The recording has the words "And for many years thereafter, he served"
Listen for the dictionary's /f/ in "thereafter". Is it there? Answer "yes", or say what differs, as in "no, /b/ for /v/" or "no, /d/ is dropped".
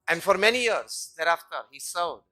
yes